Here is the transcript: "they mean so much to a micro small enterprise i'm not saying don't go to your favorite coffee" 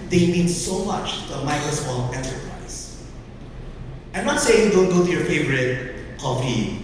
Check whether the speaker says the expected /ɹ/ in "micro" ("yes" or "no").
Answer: no